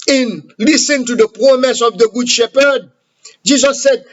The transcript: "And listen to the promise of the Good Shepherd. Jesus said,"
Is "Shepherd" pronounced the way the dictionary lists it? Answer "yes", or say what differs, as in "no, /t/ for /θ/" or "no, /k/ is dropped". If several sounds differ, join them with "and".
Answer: yes